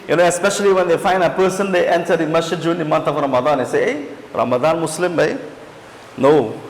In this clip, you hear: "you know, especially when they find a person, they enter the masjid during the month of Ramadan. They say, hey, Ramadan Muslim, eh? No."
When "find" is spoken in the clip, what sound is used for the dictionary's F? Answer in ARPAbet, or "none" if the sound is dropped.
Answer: F